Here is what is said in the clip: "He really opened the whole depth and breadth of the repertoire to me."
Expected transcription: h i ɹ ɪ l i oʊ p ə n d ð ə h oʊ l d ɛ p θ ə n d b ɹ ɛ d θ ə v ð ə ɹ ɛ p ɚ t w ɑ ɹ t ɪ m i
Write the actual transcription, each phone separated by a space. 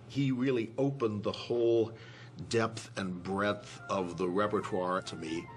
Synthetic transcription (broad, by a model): h i ɹ ɪ l i oʊ p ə n ð ə h oʊ l d ɛ p θ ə n b ɹ ɛ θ ə v ð ə ɹ ɛ p ɚ t w ɑ ɹ t ɪ m i